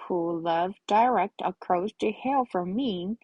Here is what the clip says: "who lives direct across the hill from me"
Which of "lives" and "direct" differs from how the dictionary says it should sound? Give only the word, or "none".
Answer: lives